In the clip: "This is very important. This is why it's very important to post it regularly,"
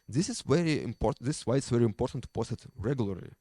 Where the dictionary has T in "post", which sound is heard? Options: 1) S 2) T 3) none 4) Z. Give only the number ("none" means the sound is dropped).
3